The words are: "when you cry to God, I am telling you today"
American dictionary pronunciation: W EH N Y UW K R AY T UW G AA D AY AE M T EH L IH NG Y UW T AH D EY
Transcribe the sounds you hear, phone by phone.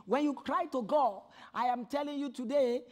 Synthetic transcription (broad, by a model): W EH N Y UW K R AY T UW G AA AY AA M T EH L IH NG Y UW T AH D EY